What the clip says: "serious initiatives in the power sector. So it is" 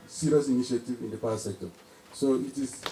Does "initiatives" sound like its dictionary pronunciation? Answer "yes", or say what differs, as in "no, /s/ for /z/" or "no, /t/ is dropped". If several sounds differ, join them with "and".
no, /z/ is dropped